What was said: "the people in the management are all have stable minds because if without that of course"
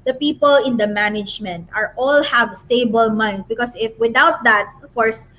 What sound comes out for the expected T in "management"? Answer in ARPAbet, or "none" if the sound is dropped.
T